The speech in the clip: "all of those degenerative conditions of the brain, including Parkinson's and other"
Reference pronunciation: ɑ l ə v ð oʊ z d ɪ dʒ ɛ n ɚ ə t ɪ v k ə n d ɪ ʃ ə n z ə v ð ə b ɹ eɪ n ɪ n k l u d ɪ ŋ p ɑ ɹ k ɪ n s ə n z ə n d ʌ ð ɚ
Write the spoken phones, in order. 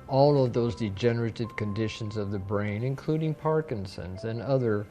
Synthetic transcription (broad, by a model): ɑ l ə v ð oʊ z d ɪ dʒ ɛ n ɚ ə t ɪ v k ə n d ɪ ʃ ə n z ə v ð ə b ɹ eɪ n ɪ n k l u d ɪ ŋ p ɑ ɹ k ɪ n s ə n z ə n ʌ ð ɚ